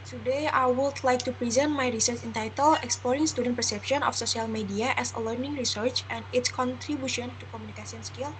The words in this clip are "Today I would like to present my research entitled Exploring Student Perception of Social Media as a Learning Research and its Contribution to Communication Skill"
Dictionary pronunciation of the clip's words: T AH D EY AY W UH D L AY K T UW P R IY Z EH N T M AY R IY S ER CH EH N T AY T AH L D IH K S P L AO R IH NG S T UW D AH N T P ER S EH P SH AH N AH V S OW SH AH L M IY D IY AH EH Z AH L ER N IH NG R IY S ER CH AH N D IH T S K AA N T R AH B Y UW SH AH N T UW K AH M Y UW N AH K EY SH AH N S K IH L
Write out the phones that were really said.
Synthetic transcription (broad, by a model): T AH D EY AY W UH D L AY K T UW P R IY Z EH N T M AY R IY S ER CH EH N T AY T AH L IH K S P L AO R IH NG S T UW D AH N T P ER S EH P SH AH N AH F S OW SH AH L M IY D IY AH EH S AH L ER N IH NG R IY S ER CH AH N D IH T S K AA N T R AH B Y UW SH AH N T UW K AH M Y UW N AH K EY S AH N S K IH L